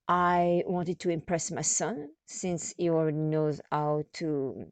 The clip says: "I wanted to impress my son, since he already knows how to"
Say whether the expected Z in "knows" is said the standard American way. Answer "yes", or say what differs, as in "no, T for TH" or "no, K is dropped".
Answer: yes